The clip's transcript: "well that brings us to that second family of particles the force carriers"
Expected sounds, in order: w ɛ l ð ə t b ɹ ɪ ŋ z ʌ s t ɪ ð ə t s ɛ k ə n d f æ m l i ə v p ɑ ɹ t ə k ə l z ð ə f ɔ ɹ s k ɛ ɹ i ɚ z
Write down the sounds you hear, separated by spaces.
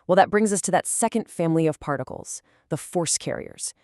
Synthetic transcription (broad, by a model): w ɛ l ð ə t b ɹ ɪ ŋ z ʌ s t ɪ ð ə t s ɛ k ə n d f æ m l i ə v p ɑ ɹ t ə k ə l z ð ə f ɔ ɹ s k ɛ ɹ i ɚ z